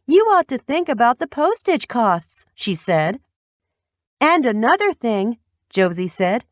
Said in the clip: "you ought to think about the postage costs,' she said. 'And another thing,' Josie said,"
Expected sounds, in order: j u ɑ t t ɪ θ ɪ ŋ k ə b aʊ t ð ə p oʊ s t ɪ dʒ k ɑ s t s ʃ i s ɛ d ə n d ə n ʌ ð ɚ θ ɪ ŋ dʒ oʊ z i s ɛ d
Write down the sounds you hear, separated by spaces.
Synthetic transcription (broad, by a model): j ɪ ɑ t t ɪ θ ɪ ŋ k ə b aʊ t ð ə p oʊ s t ɪ dʒ k ɑ s t s ʃ i s ɛ d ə n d ə n ʌ ð ɚ θ ɪ ŋ dʒ oʊ z i s ɛ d